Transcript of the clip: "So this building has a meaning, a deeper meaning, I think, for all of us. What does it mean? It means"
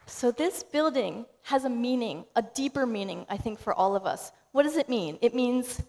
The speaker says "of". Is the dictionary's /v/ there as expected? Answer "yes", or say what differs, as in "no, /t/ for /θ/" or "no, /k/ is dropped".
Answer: yes